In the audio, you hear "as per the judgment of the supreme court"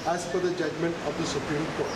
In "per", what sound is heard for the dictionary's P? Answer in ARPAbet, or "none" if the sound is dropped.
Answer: F